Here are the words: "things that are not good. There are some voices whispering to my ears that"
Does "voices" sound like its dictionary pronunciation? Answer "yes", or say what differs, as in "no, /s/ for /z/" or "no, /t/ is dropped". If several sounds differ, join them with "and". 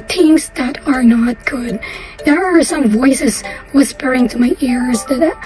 yes